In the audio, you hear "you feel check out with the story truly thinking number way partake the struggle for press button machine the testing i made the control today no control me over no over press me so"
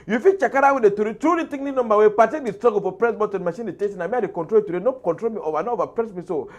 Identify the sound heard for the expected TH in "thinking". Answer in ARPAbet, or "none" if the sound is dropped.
T